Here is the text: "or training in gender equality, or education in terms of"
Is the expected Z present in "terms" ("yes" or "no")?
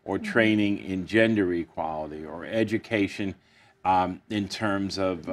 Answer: yes